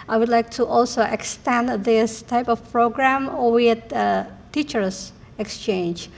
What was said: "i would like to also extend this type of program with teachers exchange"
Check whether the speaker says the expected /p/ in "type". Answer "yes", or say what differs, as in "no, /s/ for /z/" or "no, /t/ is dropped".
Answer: yes